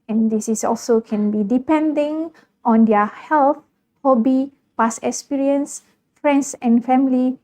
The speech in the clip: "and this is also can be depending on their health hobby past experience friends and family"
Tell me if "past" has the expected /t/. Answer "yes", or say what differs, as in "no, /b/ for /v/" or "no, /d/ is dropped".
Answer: no, /t/ is dropped